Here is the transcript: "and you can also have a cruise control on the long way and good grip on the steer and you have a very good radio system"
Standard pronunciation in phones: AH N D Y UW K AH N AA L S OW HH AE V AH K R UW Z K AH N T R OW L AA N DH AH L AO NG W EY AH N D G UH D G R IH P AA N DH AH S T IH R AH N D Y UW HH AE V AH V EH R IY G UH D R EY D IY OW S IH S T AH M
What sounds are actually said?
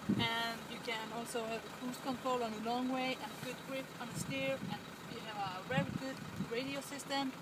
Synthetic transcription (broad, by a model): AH N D Y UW K AH N AA L S OW HH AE V AH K UW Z K AH N T R OW L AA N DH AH L AO NG W EY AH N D G UH D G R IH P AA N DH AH S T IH R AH N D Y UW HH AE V AH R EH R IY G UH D R EY D IY OW S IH S T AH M